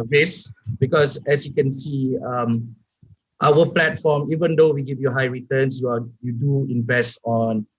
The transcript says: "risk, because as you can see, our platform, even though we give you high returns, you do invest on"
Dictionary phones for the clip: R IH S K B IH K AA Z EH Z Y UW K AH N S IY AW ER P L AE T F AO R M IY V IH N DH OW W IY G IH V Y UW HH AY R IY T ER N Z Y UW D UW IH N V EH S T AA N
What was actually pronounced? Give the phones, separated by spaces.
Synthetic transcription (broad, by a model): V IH S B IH K AA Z EH S Y UW K AH N S IY AW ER P L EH T F AO M IY V IH N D OW W IY G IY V Y UW HH AY R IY T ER N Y Y UW D UW IH N V EH S T AA N